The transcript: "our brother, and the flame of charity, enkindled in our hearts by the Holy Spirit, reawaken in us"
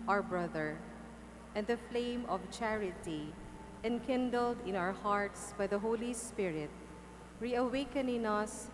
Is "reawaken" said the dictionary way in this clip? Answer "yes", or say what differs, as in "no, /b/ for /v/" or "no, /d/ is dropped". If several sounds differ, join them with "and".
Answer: yes